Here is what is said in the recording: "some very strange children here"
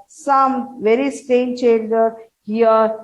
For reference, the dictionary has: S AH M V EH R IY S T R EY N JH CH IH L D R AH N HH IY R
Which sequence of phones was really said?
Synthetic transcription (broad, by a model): S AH M V EH R IY S T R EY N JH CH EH L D AH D HH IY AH